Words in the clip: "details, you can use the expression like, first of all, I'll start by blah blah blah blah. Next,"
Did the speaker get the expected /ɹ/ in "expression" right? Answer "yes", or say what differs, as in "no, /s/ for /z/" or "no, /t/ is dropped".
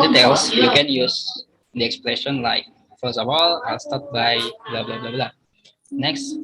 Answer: no, /l/ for /ɹ/